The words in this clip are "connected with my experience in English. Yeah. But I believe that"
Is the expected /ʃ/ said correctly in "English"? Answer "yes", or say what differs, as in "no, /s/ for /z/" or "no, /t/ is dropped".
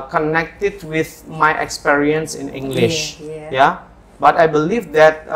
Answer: yes